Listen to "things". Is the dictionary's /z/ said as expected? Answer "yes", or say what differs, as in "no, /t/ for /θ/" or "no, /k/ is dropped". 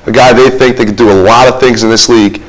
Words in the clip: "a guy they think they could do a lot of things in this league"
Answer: yes